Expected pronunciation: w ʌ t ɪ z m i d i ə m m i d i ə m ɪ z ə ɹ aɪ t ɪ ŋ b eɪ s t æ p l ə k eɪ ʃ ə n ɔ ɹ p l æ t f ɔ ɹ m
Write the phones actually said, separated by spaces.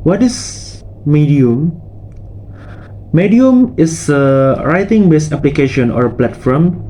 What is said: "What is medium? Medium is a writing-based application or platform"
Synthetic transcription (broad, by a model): w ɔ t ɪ s m i d i ə m m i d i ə m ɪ s ə ɹ aɪ t ɪ ŋ b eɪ s æ p l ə k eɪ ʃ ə n ɔ ɹ p l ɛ t f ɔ m